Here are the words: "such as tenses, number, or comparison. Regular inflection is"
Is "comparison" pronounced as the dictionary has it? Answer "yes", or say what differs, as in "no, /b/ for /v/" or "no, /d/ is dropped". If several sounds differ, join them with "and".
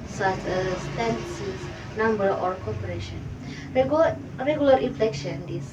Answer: no, /m/ is dropped and /ʃ/ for /s/